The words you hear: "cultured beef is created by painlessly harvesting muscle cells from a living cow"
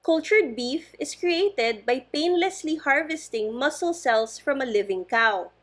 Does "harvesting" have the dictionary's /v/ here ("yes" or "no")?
yes